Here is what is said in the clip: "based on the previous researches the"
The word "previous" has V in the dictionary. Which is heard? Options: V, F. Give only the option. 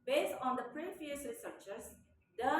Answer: F